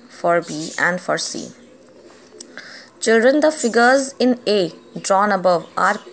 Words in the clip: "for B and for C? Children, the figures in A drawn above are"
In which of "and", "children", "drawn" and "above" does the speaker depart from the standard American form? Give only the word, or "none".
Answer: none